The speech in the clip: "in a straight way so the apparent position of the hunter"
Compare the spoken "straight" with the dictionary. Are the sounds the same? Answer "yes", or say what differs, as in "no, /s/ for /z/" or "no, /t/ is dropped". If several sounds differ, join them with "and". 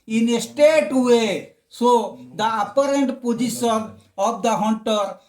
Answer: no, /ɹ/ is dropped